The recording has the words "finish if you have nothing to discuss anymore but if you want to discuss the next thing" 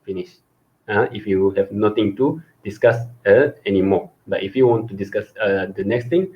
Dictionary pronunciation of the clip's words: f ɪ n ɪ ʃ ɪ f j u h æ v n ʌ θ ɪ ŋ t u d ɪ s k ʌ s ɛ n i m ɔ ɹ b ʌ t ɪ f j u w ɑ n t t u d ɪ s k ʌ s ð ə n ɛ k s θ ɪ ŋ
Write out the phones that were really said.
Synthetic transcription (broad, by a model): f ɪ n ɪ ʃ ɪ f j u h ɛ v n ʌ t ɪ ŋ t u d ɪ s k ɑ s ɛ n i m ɔ b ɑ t ɪ f j u w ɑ n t t u d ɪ s k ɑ s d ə n ɛ k s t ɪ ŋ